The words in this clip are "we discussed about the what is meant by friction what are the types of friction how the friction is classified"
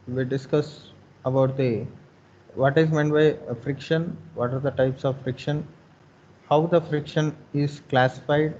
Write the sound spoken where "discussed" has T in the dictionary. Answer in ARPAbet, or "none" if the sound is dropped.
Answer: none